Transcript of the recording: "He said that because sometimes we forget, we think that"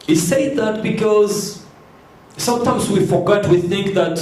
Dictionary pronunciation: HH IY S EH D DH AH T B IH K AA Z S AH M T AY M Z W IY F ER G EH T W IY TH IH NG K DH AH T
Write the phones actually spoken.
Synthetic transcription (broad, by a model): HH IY S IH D DH AH T B IH K AA Z S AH M T AY M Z W IY F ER G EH T W IY TH IH NG K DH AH T